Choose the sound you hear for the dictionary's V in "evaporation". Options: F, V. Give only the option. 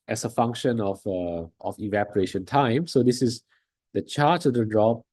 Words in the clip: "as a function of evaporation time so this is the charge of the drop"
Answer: V